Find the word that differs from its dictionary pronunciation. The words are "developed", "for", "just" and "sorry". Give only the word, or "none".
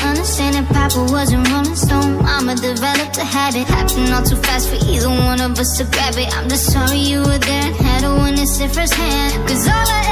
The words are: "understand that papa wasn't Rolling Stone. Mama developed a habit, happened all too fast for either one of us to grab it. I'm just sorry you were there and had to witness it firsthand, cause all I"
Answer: none